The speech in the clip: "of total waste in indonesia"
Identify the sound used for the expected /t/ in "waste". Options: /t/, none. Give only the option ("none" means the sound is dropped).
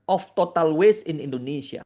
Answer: none